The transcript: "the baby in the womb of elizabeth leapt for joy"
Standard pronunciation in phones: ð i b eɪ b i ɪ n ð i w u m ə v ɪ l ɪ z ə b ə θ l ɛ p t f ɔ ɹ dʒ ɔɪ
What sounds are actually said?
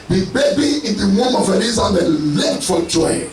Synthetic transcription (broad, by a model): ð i b eɪ b i ɪ n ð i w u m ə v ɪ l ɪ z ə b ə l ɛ t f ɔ l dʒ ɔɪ